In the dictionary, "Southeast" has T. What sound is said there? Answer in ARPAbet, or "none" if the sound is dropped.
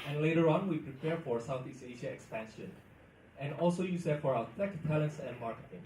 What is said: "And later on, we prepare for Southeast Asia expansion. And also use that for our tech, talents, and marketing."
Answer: none